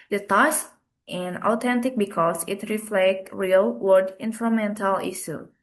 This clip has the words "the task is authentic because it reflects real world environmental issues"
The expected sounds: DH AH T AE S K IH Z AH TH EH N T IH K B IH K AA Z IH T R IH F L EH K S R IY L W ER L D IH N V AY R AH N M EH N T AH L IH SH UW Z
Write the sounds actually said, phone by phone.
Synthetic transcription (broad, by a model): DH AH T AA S IH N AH T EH N T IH K B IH K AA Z IH T R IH F L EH K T R IY L W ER D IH N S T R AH M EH N T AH L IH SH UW